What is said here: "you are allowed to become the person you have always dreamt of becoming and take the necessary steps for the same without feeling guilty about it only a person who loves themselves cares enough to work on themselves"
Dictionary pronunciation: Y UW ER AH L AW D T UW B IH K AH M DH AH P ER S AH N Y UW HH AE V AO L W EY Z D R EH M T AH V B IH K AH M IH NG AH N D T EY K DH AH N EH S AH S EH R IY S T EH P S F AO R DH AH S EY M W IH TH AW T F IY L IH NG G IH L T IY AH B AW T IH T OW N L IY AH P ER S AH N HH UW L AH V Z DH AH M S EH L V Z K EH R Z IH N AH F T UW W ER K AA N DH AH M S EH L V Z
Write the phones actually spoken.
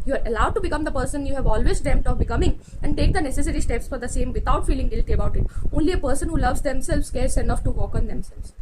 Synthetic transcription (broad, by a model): Y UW ER AH L AW D T UW B IH K AH M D AH P ER S AH N Y UW HH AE V AO L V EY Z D EH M T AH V B IH K AH M IH NG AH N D T EY K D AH N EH S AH S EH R IY S T EH P S F AO R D AH S EY M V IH T AW T F IY L IH NG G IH L T IY AH B AW T IH T OW N L IY AH P ER S AH N HH UW L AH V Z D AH M S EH L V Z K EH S IH N AH F T UW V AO K AA N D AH M S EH L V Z